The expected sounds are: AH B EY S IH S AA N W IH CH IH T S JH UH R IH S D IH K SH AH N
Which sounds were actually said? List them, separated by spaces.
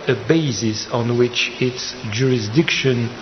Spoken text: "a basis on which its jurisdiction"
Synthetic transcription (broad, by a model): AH B EY S IH S AA N W IH CH IH T S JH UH R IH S D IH K SH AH N